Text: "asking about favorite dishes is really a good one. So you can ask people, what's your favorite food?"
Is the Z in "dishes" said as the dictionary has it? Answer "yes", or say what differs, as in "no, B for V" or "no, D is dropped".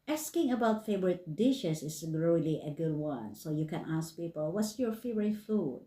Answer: no, S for Z